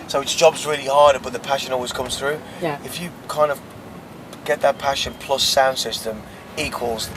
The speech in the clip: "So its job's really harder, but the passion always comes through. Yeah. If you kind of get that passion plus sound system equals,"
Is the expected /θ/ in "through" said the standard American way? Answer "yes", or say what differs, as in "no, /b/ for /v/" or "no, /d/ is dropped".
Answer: yes